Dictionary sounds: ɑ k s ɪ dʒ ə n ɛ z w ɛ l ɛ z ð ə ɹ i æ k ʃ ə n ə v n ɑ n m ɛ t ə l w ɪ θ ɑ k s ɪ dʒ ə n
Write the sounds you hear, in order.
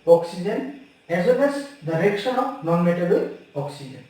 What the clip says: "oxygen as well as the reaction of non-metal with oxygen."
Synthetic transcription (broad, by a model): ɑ k s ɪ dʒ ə n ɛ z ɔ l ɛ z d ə ɹ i k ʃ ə n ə p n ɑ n m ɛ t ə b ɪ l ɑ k s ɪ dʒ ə n